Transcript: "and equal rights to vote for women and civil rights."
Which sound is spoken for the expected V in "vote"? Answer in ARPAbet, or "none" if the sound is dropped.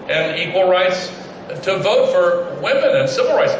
V